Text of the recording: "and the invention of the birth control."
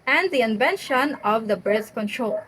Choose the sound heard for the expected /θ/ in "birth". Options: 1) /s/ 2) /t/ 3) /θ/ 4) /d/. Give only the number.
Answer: 1